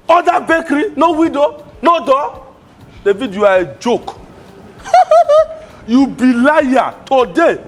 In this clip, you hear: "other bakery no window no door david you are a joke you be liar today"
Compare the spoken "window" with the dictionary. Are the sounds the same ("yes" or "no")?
no